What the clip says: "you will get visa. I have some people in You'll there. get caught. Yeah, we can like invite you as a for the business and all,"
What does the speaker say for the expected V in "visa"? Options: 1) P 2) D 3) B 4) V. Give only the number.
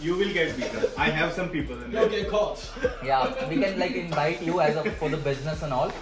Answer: 3